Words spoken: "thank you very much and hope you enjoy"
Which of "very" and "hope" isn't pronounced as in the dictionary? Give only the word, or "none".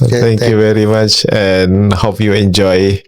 none